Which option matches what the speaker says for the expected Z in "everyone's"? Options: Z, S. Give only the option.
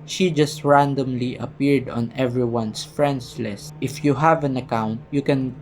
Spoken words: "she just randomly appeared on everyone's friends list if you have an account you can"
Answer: S